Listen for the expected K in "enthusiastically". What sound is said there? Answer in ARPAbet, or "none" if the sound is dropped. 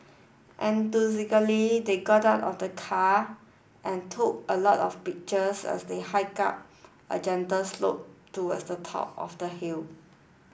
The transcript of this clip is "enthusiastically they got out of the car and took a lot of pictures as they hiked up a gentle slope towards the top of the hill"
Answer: none